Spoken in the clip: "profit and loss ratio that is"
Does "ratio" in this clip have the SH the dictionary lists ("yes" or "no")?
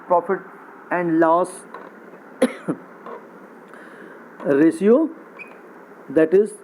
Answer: no